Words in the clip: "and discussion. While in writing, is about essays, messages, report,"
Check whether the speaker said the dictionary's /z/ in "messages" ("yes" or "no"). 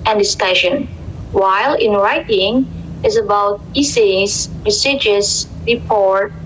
no